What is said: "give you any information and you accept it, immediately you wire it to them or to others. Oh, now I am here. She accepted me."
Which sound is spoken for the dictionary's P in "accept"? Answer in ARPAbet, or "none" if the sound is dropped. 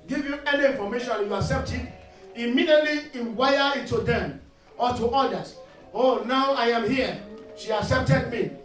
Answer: P